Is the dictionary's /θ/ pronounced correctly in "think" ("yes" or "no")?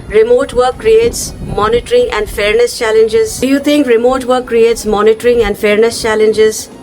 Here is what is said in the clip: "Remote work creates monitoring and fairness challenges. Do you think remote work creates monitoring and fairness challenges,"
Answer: no